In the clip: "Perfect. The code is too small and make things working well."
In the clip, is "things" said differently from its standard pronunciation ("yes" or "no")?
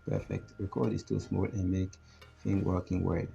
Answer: yes